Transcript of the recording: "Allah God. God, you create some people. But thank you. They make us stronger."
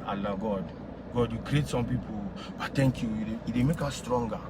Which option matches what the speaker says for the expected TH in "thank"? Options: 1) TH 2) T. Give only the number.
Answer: 2